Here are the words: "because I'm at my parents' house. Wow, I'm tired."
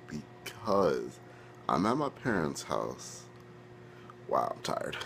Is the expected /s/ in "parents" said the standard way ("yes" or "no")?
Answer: yes